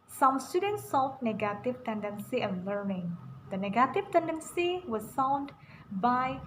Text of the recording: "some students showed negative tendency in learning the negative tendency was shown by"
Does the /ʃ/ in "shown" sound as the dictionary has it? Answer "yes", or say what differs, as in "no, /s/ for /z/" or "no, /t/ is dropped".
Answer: no, /s/ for /ʃ/